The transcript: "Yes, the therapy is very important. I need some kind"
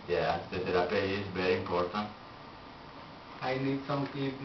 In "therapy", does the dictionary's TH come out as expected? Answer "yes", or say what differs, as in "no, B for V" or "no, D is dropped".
no, T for TH